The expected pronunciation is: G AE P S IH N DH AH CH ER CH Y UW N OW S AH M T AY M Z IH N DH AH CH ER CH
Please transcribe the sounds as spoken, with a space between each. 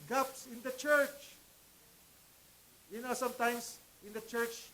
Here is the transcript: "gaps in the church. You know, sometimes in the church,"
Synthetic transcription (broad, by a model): G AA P S IH N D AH CH ER CH Y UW N OW S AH M T AY M S IH N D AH CH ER CH